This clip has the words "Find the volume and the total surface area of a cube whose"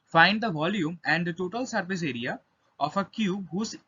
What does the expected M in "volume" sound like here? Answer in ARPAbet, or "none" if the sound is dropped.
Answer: M